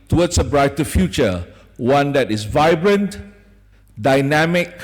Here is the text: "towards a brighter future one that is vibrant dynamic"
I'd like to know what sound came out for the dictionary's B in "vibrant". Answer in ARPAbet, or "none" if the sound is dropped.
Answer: B